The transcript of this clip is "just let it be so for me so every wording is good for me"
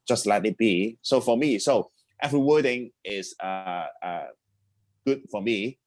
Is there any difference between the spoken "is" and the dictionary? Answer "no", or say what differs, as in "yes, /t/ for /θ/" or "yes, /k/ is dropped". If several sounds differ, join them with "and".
yes, /s/ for /z/